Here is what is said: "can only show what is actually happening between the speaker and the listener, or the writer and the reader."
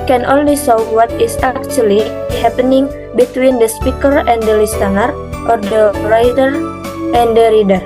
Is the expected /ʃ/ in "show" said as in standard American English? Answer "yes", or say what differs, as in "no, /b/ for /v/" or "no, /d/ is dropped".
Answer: no, /s/ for /ʃ/